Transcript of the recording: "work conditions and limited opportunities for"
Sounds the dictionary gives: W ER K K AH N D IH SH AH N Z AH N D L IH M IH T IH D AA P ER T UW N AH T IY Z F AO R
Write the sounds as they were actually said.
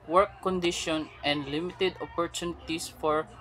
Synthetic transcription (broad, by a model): W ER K K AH N D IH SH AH N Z AH N D L IH M IH T IH D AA P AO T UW N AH T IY S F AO R